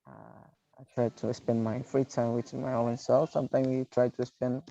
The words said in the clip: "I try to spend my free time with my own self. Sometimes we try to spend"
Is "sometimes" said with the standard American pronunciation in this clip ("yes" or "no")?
no